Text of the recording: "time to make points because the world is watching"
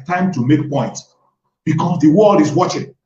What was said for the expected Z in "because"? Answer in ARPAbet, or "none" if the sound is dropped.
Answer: S